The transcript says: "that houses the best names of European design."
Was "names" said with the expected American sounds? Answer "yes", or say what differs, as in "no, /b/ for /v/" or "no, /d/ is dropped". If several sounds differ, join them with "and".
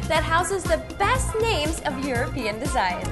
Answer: yes